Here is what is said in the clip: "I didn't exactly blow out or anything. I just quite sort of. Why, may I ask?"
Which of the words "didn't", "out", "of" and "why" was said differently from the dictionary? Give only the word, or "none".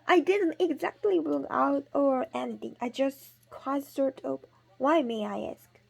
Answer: of